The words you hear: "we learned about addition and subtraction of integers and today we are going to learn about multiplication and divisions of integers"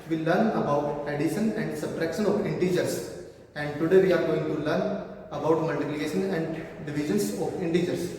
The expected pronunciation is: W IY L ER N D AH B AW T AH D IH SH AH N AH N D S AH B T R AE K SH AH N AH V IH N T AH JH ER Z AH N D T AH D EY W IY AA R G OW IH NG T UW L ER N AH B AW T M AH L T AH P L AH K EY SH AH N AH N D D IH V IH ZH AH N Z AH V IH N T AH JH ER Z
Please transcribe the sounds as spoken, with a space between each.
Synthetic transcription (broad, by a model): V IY L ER N AH B AW T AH D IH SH AH N AH N D S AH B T R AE K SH AH N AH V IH N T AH JH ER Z AH N D T AH D EY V IY AA R G OW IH NG T UW L ER N AH B AW T M AH L T AH P L AH K EY SH AH N AH N D D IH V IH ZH AH N S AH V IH N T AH JH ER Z